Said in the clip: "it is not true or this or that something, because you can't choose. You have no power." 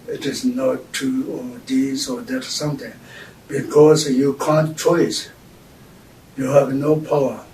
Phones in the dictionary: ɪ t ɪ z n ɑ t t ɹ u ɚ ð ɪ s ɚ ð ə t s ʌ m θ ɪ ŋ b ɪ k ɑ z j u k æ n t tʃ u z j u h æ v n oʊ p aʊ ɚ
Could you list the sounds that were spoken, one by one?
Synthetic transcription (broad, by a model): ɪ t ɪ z n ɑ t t u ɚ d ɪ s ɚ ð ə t s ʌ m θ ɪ ŋ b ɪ k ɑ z j u k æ n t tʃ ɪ s j u h æ v n oʊ p aʊ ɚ